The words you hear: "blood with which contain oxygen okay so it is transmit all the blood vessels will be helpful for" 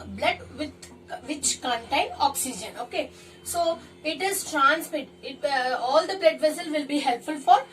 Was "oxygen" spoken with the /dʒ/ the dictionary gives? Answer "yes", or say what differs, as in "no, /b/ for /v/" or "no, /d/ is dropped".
yes